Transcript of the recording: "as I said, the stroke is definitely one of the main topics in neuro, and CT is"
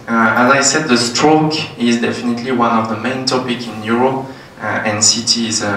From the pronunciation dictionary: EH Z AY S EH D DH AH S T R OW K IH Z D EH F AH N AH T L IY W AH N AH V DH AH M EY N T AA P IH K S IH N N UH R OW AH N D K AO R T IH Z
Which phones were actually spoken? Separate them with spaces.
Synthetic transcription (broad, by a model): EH Z AY S EH D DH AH S T R OW K IH Z D EH F AH N AH T L IY W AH N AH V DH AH M EY N T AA P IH K IH N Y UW R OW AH N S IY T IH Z